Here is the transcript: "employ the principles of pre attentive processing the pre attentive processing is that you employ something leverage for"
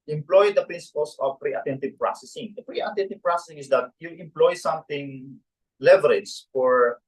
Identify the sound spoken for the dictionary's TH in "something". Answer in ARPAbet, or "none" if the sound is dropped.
T